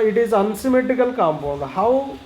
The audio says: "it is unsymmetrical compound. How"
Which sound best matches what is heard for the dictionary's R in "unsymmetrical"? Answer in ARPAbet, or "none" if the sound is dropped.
none